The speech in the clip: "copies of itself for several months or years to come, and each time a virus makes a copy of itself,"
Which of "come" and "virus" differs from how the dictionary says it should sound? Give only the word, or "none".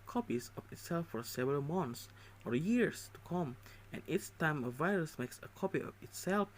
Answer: none